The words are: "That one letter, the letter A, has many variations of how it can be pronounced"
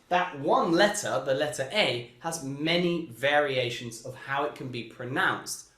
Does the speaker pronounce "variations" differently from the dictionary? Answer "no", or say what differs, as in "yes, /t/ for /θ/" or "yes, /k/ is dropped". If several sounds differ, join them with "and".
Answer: no